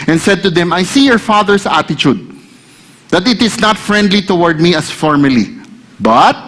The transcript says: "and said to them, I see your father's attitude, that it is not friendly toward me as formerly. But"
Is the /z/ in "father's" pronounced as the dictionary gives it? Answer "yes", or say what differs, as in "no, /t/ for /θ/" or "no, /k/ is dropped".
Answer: no, /s/ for /z/